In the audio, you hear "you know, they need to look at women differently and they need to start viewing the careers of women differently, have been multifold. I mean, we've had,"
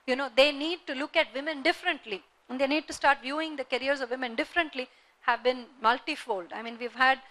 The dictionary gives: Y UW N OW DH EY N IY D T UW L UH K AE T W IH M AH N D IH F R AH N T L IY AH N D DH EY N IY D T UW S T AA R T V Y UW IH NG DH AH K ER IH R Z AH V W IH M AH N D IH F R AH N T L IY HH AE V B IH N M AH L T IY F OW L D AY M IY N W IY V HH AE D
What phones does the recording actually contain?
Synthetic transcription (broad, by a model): Y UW N OW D EY N IY D T UW L UH K AE T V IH M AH N D IH F R AH N T L IY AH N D EY N IY D T UW S T AA R T V Y UW IH NG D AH K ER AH R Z AH V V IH M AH N D IH F R AH N T L IY HH AE V B IH N M AH L T IY F OW L D AY M IY N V IY V HH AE D